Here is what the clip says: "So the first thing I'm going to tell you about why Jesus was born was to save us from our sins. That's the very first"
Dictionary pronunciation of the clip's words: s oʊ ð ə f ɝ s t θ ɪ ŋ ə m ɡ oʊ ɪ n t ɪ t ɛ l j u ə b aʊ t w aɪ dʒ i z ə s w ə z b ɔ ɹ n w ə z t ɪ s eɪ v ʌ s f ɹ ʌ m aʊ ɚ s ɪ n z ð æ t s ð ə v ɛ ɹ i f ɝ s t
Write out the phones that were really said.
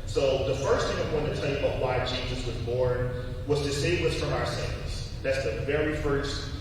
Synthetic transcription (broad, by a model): s oʊ ð ə f ɝ s t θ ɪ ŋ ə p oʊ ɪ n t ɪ t ɛ l j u ə b aʊ t w aɪ tʃ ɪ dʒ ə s w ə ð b ɔ ɹ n w ə z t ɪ s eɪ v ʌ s f ɹ ʌ m aʊ ɚ s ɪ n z ð æ t s ð ə v ɛ ɹ i f ɝ s t